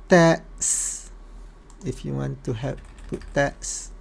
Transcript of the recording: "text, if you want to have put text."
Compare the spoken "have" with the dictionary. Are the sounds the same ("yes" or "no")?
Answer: no